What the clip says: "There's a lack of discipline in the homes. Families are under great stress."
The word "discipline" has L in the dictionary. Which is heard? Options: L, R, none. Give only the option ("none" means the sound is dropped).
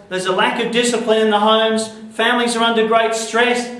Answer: L